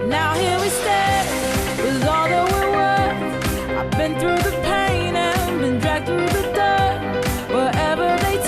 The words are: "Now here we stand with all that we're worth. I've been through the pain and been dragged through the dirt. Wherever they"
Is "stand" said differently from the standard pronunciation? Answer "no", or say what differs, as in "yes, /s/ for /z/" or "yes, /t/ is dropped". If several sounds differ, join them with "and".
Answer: yes, /n/ is dropped